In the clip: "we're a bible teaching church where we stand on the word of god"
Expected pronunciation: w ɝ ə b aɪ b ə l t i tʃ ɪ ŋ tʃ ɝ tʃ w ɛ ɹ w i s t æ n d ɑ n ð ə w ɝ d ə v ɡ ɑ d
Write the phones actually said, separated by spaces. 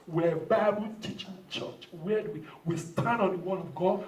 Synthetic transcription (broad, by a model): w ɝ ə b aɪ b ə l t i tʃ ɪ ŋ tʃ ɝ tʃ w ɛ w w i s t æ n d ɑ n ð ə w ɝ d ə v ɡ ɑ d